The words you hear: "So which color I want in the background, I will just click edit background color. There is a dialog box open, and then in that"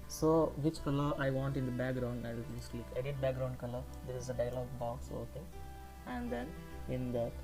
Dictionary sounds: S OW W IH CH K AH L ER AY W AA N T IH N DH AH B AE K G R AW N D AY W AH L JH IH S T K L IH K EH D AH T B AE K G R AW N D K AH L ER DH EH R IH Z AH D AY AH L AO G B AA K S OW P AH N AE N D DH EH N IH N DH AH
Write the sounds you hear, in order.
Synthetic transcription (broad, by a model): S OW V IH CH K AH L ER AY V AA N T IH N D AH B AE K G R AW N D AY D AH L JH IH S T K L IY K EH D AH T B AE K G R AW N D K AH L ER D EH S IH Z AH D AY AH L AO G B AA K S OW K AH AE N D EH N IH N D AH